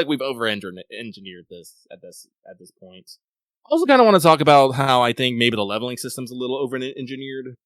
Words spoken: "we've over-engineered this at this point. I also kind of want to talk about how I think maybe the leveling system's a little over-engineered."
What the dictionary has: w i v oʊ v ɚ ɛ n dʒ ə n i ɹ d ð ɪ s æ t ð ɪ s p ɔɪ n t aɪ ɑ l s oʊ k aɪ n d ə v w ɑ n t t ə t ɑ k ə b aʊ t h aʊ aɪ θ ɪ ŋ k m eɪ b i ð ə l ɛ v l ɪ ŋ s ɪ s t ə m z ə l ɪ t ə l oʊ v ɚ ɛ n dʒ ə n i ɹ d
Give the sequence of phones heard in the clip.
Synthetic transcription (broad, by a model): w i v oʊ v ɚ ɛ n dʒ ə n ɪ ɹ d ð ɪ s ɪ t ð ɪ s p ɔɪ n t aɪ ɑ l s oʊ k aɪ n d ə w ɑ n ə t ɑ k ə b aʊ t h aʊ aɪ θ ɪ ŋ k m eɪ b i ð ə l ɛ v l ɪ ŋ s ɪ s t ə m z ə l ɪ t l oʊ v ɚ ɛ n dʒ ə n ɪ ɹ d